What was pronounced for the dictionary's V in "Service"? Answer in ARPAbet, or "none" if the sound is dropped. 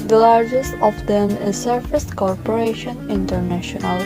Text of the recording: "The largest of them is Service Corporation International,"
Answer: F